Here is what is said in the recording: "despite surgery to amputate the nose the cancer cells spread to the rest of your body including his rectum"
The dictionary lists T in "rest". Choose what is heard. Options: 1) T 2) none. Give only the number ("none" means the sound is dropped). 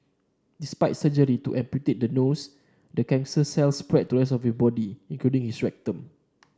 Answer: 2